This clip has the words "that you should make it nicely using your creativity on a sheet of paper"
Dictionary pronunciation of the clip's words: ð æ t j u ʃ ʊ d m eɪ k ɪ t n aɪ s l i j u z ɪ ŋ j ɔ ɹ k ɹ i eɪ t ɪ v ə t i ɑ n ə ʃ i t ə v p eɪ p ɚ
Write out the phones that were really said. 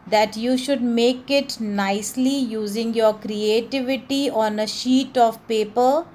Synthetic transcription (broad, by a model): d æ t j u ʃ ʊ d m eɪ k ɪ t n aɪ s l i j u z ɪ ŋ j ɔ ɹ k ɹ i eɪ t ɪ v ə t i ɑ n ə ʃ i t ə v p eɪ p ɚ